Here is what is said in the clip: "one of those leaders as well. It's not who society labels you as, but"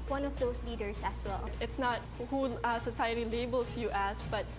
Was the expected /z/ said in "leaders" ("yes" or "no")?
no